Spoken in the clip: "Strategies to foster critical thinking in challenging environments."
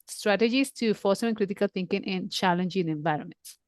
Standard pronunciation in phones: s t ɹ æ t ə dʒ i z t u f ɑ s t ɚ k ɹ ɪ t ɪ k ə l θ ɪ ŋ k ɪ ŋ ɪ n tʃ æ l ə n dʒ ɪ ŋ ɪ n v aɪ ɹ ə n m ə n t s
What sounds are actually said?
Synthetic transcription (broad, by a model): s t ɹ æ t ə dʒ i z t u f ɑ s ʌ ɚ k ɹ ɪ t ɪ k ə l t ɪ ŋ k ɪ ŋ ɪ n tʃ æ l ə n dʒ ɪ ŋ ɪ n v aɪ ɹ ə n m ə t s